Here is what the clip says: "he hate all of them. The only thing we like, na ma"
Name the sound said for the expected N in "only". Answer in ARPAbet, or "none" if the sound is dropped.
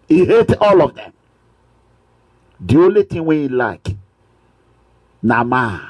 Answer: none